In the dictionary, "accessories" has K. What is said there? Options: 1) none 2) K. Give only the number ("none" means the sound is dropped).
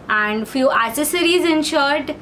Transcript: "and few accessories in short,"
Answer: 1